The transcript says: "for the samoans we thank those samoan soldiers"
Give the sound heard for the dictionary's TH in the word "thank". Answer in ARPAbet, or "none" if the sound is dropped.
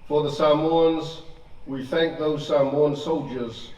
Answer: TH